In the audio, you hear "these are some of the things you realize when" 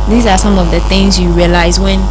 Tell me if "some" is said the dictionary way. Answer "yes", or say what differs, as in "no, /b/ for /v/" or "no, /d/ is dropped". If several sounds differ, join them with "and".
yes